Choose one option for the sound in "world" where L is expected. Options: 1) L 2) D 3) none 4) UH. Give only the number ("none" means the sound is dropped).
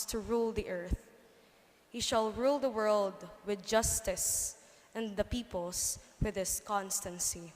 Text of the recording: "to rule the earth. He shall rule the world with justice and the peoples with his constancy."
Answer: 1